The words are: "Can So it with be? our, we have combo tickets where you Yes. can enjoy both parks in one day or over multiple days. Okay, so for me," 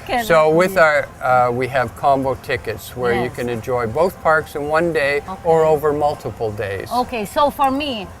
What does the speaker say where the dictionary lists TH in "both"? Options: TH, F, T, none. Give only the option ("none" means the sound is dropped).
TH